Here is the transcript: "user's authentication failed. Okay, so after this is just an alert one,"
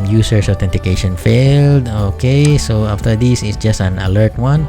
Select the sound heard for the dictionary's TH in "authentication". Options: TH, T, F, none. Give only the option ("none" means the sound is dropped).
T